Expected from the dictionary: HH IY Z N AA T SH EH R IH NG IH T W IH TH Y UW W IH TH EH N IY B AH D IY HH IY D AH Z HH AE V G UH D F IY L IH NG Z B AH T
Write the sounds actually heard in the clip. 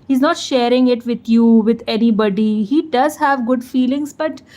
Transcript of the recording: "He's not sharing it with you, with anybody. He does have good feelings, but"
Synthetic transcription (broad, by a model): HH IY Z N AA T SH EH R IH NG IH T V IH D Y UW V IH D EH N IY B AH D IY HH IY D AH Z HH AE V G UH D F IY L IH NG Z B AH T